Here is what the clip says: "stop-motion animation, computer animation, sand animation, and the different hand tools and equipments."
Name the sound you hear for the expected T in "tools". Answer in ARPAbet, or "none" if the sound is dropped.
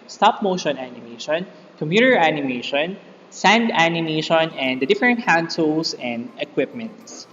S